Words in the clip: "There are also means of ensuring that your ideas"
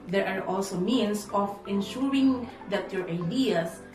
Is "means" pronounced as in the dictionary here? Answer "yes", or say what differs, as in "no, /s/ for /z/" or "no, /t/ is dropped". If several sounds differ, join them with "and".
no, /s/ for /z/